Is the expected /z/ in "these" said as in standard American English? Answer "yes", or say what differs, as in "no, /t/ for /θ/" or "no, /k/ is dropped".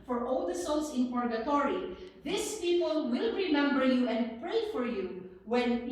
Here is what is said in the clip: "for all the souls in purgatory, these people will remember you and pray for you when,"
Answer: no, /s/ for /z/